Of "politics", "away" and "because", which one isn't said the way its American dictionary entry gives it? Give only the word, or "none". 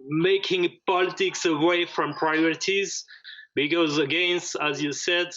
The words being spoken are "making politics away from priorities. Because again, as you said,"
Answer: none